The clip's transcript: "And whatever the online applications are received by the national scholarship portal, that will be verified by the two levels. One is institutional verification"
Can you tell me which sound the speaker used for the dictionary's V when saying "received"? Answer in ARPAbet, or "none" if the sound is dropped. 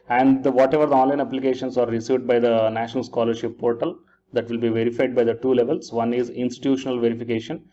V